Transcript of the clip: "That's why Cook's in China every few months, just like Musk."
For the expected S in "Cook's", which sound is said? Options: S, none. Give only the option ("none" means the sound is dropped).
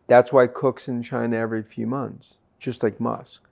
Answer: S